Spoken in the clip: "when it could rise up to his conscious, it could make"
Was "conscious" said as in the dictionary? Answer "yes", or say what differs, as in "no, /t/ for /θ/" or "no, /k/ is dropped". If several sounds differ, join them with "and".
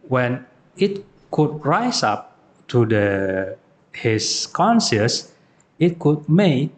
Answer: no, /s/ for /ʃ/